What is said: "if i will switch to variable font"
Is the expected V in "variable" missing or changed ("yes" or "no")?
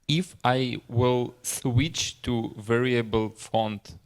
no